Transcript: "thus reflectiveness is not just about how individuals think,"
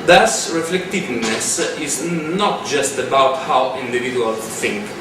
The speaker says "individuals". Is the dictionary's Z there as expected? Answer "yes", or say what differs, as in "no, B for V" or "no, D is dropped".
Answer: no, Z is dropped